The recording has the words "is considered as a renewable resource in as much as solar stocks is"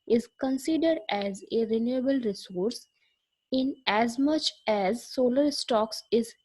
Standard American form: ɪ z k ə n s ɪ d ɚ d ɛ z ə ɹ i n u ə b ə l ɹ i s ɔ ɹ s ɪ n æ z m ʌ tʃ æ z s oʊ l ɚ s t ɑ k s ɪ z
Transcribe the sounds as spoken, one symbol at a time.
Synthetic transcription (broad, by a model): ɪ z k ə n s ɪ d ɚ d ɛ z ə ɹ i n u ə b ə l ɹ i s ɔ ɹ s ɪ n æ z m ʌ tʃ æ z s oʊ l ɚ s t ɑ k s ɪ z